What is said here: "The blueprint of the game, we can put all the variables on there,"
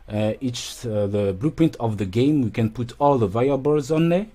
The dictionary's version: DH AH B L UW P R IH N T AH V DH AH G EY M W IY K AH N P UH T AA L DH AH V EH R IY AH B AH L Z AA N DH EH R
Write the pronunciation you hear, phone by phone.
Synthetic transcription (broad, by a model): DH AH B L UW P R IH N T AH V DH AH G EY M W IY K AH N P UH T AA L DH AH V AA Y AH B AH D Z AA N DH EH